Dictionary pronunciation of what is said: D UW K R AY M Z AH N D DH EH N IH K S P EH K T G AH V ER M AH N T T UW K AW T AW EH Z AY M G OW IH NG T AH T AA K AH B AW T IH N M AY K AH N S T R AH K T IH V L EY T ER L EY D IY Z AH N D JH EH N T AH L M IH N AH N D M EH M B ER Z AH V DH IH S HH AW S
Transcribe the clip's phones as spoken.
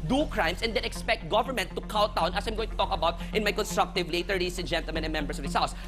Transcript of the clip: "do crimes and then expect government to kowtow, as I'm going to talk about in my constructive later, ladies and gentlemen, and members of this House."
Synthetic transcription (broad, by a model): D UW K R AY M S AH N D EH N IH K S P EH K T G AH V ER M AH N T T UW K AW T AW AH S AY M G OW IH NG T AH T AA K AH B AW T IH N M AY K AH N S T R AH K T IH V L EY T ER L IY S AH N JH EH N T AH L M IH N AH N M EH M B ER S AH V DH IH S HH AW S